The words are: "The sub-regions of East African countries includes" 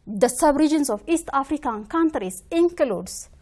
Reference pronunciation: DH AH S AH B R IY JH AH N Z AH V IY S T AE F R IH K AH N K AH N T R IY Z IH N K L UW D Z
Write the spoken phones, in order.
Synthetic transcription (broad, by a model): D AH S AH B R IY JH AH N S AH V IY S T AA F R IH K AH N K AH N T R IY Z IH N K L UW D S